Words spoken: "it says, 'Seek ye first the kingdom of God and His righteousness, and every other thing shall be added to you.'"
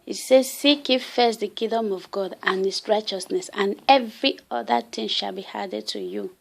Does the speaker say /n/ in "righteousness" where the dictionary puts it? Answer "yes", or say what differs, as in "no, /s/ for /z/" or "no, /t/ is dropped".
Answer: yes